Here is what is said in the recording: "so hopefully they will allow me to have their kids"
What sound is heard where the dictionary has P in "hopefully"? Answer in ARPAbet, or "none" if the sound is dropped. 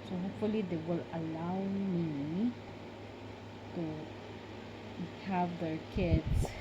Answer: P